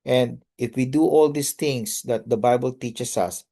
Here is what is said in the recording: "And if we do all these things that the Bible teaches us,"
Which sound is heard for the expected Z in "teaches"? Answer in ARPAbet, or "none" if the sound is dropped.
S